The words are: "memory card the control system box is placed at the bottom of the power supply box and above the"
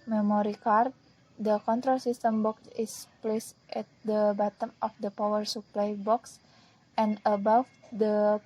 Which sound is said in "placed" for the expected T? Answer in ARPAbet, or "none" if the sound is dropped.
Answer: T